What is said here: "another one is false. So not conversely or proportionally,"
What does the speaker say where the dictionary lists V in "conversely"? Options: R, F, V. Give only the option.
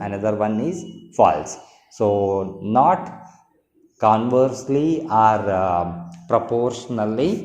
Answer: V